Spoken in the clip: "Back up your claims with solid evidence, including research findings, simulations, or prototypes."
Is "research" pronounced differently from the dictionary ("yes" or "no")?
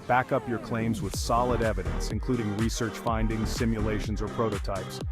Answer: no